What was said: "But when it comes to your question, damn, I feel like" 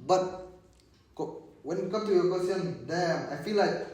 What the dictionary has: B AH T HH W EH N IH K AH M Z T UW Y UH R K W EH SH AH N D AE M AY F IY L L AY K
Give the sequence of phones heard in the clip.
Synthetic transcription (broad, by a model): B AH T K W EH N K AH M T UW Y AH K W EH S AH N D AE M AY F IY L L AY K